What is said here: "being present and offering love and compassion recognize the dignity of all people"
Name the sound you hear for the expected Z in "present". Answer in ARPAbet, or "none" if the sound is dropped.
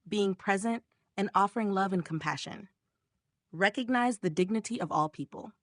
Z